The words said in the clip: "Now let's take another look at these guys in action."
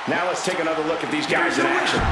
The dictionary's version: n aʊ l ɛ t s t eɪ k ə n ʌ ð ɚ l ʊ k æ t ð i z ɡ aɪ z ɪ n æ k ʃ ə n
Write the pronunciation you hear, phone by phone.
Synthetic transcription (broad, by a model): n aʊ l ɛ t s t eɪ k ə n ʌ ð ɚ l ʊ k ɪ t ð i z ɡ aɪ z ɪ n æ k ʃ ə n